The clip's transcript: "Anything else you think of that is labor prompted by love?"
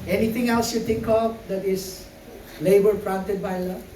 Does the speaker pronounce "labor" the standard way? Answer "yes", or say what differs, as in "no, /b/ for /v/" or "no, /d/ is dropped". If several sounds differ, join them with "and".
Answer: yes